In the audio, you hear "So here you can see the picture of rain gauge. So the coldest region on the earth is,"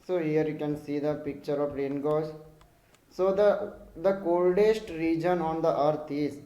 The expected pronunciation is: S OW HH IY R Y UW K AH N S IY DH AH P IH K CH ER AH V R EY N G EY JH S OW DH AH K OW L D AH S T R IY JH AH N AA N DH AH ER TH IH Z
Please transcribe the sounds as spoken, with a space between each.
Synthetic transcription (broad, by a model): S OW HH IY R Y UW K AH N S IY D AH P IH K CH ER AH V R EY N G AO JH S OW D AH K OW L D AH S T R IY JH AH N AA N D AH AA T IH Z